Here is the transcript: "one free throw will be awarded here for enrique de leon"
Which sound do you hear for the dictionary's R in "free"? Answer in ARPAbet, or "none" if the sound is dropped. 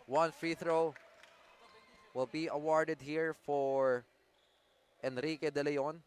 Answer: R